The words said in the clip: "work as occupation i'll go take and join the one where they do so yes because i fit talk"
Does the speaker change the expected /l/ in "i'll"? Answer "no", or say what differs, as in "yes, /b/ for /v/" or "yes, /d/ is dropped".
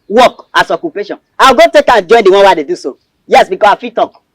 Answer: yes, /w/ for /l/